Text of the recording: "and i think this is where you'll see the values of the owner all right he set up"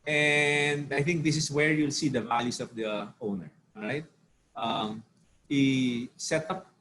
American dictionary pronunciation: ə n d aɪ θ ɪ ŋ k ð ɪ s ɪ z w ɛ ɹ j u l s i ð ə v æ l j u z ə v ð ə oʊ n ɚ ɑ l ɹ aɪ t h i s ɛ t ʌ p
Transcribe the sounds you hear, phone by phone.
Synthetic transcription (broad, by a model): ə n d aɪ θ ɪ ŋ k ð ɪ s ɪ s w ɛ ɹ j u l s i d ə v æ l j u s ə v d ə oʊ n ɚ ɹ aɪ t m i s ɛ t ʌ p